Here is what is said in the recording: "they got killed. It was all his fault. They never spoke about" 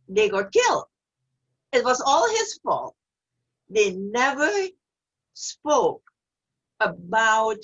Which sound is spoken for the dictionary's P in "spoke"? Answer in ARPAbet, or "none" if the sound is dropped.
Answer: P